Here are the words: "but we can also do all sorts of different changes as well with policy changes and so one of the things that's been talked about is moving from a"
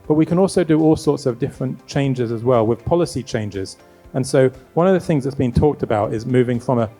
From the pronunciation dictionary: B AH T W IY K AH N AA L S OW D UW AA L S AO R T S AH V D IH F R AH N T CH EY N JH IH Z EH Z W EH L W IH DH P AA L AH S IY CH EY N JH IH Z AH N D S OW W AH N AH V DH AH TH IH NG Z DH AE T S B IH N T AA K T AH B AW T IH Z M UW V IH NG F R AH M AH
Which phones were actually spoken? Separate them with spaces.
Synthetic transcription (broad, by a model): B AH T W IY K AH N AA L S OW D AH AA L S AO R T S AH V D IH F R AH N CH EY N JH IH Z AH Z W EH L W IH DH P AA L AH S IY CH EY N JH IH Z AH N S OW W AH N AH V DH AH TH IH NG Z DH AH T S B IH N T AA K T AH B AW T IH Z M UW V IH NG F R AH M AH